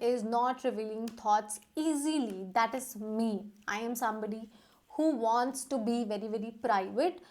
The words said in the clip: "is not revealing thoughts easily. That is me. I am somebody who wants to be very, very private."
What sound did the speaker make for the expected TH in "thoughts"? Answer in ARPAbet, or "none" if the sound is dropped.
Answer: T